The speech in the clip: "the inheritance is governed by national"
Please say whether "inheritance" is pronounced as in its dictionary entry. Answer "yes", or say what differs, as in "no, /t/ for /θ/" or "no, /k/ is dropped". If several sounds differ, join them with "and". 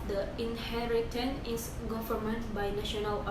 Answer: no, /s/ is dropped